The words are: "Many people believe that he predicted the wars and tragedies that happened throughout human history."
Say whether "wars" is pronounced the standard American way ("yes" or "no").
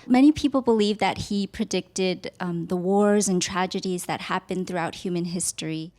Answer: yes